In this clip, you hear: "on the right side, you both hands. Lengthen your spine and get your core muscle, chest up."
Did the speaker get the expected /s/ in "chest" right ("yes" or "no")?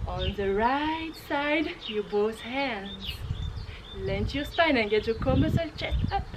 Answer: no